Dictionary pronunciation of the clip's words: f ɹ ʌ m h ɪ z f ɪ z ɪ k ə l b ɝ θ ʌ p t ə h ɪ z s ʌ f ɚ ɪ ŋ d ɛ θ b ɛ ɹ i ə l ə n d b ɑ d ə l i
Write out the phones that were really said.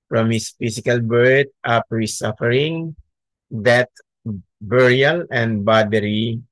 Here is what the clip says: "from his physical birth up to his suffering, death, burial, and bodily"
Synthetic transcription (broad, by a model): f ɹ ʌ m h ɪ s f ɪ s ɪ k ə l b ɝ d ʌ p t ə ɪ s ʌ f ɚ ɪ ŋ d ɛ t b ɛ ɹ i ə l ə n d b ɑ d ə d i